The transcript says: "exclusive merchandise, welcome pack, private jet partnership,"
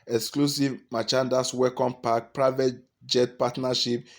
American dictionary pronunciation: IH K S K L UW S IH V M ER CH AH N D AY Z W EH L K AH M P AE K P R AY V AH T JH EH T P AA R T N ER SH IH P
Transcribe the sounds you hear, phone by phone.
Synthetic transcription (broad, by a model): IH K S K L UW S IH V M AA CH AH N D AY S W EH K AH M P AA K P R AY V AH T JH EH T P AA T N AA SH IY P